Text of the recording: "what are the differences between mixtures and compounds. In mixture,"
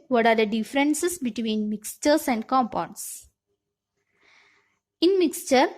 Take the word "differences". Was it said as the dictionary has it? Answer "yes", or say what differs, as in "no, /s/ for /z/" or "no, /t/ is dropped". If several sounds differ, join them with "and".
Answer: no, /s/ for /z/